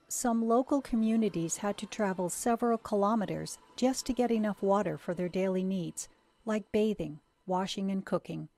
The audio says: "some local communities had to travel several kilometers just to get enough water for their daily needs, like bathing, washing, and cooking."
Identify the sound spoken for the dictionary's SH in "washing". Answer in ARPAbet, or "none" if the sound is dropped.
SH